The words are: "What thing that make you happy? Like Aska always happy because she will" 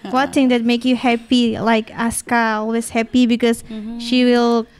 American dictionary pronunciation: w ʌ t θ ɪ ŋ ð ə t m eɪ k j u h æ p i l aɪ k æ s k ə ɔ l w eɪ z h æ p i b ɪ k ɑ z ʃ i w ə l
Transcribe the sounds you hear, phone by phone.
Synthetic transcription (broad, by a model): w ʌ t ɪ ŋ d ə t m eɪ k j u h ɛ p i l aɪ k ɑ s k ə ɔ l w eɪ s h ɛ p i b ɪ k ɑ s ʃ i w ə l